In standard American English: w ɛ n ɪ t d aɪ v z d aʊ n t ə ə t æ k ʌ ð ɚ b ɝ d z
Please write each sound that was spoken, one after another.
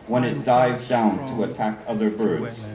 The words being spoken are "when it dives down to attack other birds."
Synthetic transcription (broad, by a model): w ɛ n ɪ t d aɪ v z d aʊ n t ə ə t æ k ʌ ð ɚ b ɝ d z